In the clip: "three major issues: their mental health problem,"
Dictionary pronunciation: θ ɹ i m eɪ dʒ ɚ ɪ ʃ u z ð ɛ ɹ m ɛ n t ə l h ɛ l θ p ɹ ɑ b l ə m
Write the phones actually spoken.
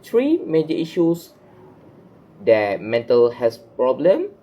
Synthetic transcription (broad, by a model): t ɹ i m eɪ dʒ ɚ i ʃ u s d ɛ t m ɛ n t ə l h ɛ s p ɹ ɑ b l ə m